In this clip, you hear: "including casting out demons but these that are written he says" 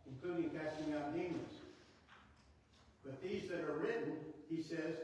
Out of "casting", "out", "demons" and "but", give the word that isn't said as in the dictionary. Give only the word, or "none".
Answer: demons